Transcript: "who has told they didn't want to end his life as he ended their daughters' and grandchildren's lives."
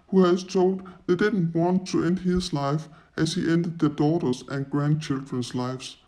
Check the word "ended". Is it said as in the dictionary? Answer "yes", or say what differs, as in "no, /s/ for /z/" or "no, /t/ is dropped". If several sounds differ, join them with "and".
yes